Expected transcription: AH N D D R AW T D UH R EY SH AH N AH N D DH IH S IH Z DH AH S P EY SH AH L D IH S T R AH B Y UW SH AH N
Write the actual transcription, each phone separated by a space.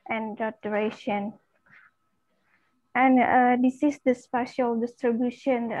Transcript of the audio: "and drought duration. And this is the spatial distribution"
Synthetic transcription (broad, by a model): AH N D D AW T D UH R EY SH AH N AH N D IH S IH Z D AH S P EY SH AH L D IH S T R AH B Y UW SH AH N